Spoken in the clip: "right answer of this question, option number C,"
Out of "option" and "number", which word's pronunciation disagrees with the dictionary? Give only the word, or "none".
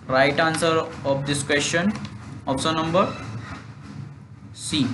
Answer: option